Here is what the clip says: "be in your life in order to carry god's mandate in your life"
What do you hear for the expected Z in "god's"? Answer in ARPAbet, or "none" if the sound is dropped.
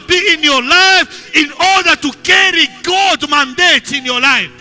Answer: none